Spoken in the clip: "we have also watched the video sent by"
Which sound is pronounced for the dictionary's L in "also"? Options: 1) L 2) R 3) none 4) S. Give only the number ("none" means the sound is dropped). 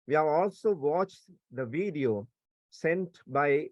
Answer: 1